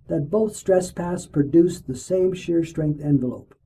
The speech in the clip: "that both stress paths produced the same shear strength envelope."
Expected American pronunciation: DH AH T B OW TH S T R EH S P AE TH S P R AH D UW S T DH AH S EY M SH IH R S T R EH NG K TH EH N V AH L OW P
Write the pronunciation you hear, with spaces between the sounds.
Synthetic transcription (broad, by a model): DH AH T B OW TH S T R EH S P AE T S P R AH D UW S DH AH S EY M SH IH R S T R EH NG K TH EH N V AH L OW P